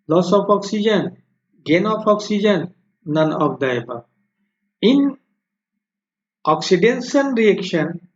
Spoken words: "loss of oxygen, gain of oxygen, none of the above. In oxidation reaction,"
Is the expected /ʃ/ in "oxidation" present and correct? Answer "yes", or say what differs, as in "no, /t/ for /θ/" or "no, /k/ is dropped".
no, /s/ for /ʃ/